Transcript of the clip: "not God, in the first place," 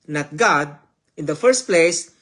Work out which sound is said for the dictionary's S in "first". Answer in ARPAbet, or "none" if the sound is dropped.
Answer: S